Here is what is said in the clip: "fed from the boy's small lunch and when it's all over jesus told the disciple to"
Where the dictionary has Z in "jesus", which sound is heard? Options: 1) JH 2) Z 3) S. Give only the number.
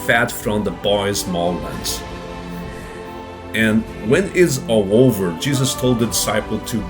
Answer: 2